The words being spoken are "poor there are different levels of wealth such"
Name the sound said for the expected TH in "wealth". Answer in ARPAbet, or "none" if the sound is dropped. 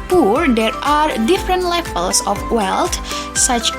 T